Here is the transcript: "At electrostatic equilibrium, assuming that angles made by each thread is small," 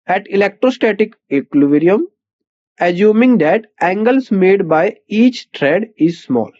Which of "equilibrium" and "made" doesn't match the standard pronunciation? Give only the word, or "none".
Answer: equilibrium